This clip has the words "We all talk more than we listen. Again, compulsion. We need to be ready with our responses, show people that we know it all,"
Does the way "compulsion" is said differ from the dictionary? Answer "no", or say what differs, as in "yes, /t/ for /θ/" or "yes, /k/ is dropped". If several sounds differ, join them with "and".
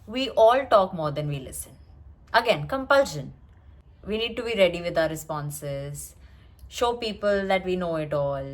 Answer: no